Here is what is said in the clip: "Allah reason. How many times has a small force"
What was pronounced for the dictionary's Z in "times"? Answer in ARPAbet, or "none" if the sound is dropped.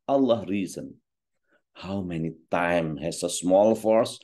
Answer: none